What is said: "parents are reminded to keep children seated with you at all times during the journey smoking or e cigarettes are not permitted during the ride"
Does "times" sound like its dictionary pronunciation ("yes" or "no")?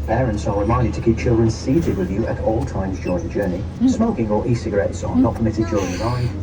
yes